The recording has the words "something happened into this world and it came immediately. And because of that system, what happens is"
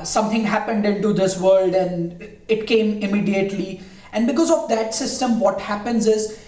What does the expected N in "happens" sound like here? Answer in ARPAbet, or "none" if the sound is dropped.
N